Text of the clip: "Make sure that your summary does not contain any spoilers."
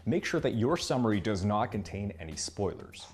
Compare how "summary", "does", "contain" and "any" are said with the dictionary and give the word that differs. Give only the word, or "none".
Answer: none